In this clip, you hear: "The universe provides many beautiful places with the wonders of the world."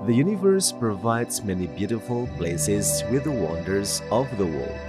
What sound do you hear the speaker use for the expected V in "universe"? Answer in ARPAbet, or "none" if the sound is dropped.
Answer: V